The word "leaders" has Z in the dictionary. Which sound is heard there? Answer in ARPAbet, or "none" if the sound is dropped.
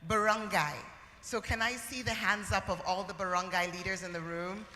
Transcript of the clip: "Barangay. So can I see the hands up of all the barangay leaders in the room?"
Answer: Z